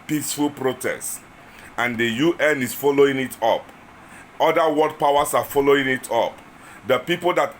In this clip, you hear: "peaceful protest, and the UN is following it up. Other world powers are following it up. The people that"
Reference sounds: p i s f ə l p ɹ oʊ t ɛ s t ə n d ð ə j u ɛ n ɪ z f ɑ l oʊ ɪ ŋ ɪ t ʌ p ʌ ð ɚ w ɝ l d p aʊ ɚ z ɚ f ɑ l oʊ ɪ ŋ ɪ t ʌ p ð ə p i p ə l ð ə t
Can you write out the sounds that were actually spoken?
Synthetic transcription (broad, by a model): p i s f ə l p ɹ oʊ t ɛ s t ə n d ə j u ɛ n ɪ s f ɑ l oʊ ɪ ŋ ɪ t ʌ p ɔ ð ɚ w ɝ d p aʊ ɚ s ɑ f ɑ l oʊ ɪ ŋ ɪ t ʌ p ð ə p i p ə l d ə t